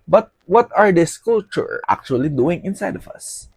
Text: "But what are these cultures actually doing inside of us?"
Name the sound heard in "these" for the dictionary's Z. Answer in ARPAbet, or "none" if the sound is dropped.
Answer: S